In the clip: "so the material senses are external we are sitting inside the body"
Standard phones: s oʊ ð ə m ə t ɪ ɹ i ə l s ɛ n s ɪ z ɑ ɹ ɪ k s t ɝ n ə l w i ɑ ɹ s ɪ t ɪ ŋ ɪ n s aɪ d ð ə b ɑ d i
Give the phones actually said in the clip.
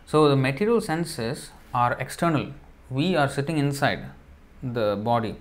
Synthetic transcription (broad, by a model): s oʊ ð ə m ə t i ɹ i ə l s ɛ n s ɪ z ɑ ɹ ɪ k s t ɝ n ə l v i ɑ ɹ s ɪ t ɪ ŋ ɪ n s aɪ d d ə b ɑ d i